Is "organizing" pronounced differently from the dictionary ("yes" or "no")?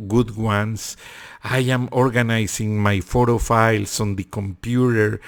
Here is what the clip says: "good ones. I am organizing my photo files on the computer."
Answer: yes